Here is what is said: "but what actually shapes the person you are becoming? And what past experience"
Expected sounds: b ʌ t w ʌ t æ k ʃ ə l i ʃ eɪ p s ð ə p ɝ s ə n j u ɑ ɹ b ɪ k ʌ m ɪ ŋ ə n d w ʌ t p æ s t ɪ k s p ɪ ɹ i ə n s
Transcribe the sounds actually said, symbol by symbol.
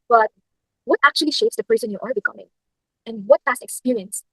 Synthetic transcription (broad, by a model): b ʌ t w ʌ t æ k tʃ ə l i ʃ eɪ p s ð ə p ɝ s ə n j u ɑ ɹ b ɪ k ʌ m ɪ ŋ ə n w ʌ t f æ s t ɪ k s p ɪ ɹ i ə n s